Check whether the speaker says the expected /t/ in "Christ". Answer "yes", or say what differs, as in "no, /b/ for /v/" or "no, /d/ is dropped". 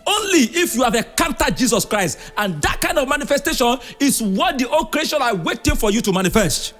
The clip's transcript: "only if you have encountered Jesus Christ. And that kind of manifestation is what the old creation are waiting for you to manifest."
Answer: yes